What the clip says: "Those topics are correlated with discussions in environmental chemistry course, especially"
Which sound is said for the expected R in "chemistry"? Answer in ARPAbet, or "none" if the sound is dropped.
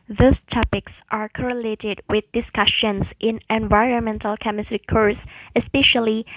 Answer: R